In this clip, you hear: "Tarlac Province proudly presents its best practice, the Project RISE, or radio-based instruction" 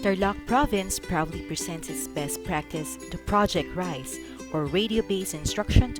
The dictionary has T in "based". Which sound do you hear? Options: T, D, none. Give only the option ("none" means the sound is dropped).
none